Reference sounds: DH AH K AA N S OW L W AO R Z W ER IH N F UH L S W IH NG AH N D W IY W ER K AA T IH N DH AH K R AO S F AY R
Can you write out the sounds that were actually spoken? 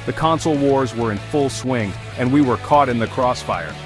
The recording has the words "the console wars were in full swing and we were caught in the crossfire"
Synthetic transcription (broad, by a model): DH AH K AA N S L W AO R Z W ER IH N F UH L S W IH NG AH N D W IY W ER K AA T IH N DH AH K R AO S F AY R